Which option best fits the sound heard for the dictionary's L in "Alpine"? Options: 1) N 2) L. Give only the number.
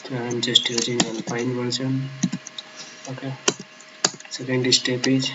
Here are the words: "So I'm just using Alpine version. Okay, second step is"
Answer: 1